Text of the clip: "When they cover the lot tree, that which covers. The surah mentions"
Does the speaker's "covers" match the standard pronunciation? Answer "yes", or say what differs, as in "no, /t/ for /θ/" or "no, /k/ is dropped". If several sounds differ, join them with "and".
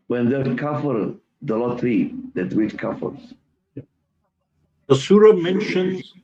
no, /f/ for /v/